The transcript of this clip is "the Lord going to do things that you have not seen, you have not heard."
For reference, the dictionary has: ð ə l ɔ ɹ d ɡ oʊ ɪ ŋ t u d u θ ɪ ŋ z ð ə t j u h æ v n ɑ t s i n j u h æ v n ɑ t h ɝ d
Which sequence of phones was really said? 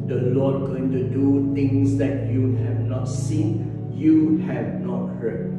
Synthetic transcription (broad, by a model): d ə l ɔ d ɡ oʊ ɪ ŋ t u d u t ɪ ŋ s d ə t j u h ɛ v n ɑ t s i n j u h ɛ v n ɑ t h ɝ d